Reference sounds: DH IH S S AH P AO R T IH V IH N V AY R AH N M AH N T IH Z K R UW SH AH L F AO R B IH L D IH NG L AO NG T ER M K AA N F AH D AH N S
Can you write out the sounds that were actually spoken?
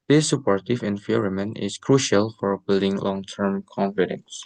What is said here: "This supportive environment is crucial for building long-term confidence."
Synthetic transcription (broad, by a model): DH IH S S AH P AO R T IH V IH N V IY R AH M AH N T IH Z K R UW SH AH L F AO R B IH L D IH NG L AO NG T ER M K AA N F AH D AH N S